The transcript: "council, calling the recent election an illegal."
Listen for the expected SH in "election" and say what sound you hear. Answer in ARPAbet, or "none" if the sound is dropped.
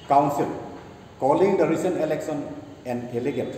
S